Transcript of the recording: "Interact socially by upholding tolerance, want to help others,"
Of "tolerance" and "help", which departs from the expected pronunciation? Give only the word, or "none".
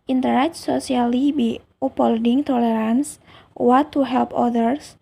none